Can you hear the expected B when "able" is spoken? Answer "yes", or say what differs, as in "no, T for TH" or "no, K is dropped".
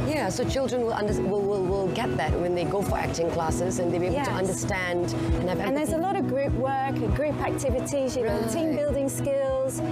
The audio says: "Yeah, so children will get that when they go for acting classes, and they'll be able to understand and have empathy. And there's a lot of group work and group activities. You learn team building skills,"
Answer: no, B is dropped